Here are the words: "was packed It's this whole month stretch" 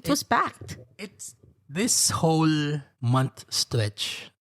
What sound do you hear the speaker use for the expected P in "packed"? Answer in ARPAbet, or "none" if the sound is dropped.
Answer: B